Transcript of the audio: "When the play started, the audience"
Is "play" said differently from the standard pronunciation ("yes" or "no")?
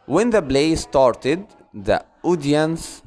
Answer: yes